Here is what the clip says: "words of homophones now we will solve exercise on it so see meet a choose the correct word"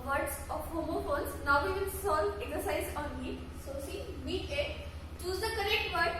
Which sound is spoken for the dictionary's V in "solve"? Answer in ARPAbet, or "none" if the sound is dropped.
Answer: none